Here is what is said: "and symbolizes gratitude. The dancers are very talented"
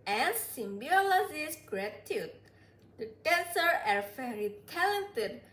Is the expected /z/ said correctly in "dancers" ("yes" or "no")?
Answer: no